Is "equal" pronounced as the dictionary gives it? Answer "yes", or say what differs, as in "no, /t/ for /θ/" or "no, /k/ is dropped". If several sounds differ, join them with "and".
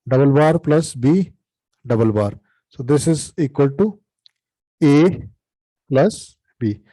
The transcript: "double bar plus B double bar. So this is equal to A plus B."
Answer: yes